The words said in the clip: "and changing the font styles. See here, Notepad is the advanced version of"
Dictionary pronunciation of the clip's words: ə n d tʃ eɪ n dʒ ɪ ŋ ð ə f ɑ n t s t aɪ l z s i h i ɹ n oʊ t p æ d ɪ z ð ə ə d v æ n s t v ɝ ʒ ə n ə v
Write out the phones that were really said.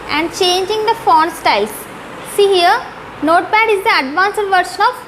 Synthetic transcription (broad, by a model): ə n d tʃ eɪ n dʒ ɪ ŋ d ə f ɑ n s t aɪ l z s i h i ɹ n oʊ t b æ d ɪ z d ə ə d v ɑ n s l v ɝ ʃ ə n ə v